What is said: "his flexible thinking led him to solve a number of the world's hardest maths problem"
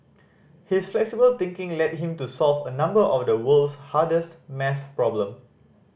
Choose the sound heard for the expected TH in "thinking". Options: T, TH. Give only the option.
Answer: T